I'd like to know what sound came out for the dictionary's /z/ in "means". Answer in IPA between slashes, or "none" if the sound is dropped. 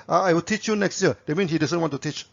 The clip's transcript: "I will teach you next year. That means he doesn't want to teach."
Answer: none